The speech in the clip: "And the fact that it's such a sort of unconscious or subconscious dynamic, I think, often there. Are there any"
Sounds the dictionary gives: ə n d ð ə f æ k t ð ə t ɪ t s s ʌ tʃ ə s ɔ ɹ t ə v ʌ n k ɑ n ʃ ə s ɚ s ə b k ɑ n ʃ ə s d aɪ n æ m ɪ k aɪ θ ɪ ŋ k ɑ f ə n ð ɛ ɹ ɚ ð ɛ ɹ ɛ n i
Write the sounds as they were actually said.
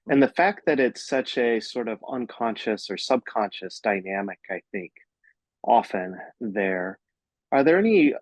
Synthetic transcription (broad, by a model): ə n ð ə f æ k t ð ə t ɪ t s s ʌ tʃ ə s ɔ ɹ t ə v ʌ n k ɑ n ʃ ə s ɚ s ə b k ɑ n ʃ ə s d aɪ n æ m ɪ k aɪ θ ɪ ŋ k ɑ f ə n ð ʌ ɹ ɚ ð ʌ ɹ ɛ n i